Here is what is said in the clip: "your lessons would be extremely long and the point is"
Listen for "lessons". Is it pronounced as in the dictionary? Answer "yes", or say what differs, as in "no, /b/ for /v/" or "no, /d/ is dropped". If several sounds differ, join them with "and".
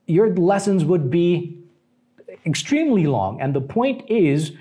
yes